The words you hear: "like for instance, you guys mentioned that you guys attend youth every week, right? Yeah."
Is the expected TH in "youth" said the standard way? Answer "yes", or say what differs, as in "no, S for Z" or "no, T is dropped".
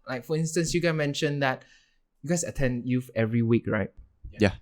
no, F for TH